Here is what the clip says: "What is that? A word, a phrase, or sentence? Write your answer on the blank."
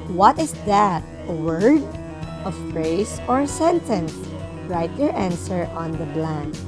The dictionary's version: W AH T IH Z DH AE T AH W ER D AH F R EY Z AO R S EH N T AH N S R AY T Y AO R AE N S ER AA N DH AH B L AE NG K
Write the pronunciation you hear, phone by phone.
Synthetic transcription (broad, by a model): W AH T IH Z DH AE T AH W ER D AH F R EY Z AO R S EH N T AH N S R AY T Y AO R AE N S ER AA N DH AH B L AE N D